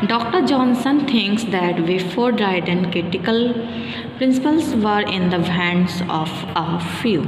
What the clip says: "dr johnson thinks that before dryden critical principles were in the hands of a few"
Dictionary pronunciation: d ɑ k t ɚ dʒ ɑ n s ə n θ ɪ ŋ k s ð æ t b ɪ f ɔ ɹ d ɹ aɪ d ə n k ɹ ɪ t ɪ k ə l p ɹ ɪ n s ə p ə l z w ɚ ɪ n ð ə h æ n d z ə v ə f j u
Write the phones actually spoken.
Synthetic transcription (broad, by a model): d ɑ k t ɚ dʒ ɑ n s ə n t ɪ ŋ k s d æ t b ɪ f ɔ ɹ d ɹ aɪ d ə n k ɹ ɪ t ɪ k ə l p ɹ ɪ n s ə p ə l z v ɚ ɪ n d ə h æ n d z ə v ə f j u